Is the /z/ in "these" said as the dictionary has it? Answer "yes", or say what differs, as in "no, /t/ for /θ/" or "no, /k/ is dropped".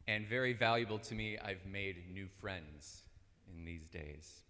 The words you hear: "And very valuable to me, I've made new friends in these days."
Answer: yes